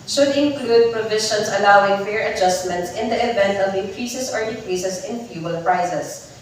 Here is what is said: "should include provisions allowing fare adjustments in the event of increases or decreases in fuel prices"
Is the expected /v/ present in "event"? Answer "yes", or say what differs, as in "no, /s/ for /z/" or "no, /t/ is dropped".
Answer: yes